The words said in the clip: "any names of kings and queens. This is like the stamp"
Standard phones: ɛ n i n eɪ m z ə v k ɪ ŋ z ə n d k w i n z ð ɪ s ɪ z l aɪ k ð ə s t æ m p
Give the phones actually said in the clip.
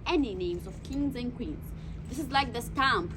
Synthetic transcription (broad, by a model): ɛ n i n eɪ m z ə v k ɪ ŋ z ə n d k w i n z ð ɪ s ɪ z l aɪ k ð ə s t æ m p